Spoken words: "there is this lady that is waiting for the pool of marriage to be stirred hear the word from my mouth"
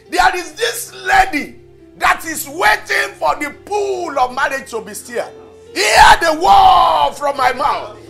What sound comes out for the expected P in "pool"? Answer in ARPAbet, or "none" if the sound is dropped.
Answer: P